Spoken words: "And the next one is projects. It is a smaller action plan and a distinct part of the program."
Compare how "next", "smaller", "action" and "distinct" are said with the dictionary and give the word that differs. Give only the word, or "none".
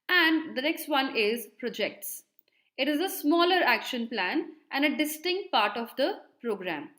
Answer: none